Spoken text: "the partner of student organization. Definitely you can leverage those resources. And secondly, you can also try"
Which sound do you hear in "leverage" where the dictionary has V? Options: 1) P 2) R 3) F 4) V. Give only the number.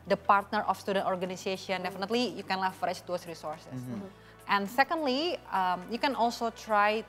3